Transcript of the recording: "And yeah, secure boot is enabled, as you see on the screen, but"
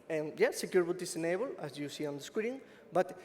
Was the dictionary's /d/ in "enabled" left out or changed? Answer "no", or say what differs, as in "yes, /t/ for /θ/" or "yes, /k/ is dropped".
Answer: yes, /d/ is dropped